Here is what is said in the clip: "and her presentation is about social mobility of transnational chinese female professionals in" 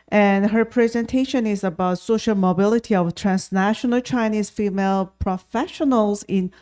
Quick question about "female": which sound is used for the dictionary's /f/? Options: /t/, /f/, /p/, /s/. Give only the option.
/f/